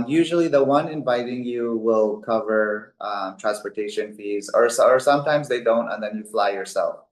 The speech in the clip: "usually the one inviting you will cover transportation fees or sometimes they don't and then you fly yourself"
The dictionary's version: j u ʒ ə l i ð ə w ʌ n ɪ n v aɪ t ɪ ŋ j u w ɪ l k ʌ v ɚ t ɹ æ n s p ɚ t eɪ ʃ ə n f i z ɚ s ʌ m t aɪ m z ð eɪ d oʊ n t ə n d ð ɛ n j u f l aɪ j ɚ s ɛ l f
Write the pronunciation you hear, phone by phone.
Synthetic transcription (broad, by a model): j u ʒ l i ð ə w ʌ n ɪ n v aɪ t ɪ ŋ j u w ɪ l k ʌ v ɚ t ɹ æ n s p ɚ t eɪ ʃ ə n f i z ɚ s ʌ m t aɪ m z ð eɪ d oʊ n t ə n ð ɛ n j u f l aɪ j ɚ s ɛ l f